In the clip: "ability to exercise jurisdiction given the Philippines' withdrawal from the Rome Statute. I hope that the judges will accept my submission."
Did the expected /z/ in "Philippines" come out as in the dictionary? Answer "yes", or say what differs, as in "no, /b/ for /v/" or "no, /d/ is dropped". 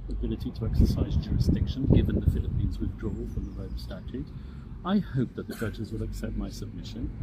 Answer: yes